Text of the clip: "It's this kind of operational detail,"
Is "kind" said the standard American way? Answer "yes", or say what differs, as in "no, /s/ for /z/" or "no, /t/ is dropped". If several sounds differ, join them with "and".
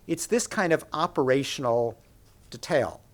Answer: yes